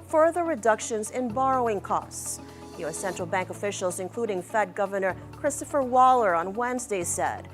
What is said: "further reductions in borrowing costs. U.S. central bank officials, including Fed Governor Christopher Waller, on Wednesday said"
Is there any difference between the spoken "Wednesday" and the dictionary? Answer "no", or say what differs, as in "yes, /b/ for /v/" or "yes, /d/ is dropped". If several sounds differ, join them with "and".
no